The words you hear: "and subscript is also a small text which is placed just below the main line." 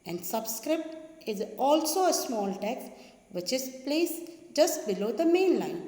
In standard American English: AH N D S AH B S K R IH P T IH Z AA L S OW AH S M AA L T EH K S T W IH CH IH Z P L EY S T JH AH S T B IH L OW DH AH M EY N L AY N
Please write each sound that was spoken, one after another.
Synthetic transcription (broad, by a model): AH N D S AH B S K R IH P T IH Z AA L S OW AH S M AA L T EH K S T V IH CH IH Z P L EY S JH AH S T B IH L OW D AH M EY N L AY N